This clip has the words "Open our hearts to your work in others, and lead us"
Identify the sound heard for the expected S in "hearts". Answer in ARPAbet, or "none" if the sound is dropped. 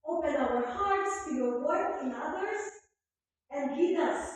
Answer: S